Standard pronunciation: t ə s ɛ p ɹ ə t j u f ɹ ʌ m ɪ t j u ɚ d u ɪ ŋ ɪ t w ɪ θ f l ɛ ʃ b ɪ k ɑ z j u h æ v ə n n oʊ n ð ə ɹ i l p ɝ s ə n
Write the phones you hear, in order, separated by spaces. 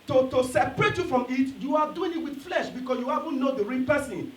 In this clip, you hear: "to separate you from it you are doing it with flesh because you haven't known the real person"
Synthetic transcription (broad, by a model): t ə s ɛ p ɹ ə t j u f ɹ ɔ m ɪ t j u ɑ d u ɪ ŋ ɪ t w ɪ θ f l ɛ ʃ b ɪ k ɑ s j u h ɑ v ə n n oʊ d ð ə ɹ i n p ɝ s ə n